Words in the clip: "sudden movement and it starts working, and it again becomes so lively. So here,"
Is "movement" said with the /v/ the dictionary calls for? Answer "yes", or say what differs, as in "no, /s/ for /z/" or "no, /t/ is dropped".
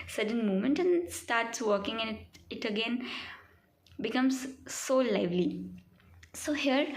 no, /v/ is dropped